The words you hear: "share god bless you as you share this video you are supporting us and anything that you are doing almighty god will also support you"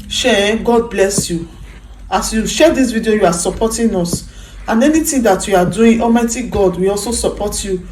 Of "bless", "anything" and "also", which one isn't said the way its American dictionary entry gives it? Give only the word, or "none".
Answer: anything